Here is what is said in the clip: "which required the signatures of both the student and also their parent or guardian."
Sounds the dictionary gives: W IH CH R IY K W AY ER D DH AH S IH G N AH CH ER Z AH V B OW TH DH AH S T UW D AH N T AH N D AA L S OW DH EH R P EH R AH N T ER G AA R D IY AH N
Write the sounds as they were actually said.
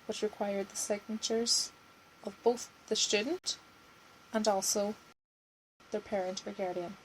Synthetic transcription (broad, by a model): W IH CH R IY K W AY ER D DH AH S IH G N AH CH ER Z AH V B OW TH DH AH S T UW D N T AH N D AA L S OW DH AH R P EH R AH N T ER G AA R D IY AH N